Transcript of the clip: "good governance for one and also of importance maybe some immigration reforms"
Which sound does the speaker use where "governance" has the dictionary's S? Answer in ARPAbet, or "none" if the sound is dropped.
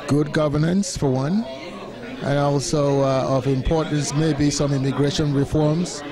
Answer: S